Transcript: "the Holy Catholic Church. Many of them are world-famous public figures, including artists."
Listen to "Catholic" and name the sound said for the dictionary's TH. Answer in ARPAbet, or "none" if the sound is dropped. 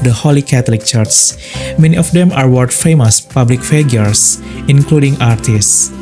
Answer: T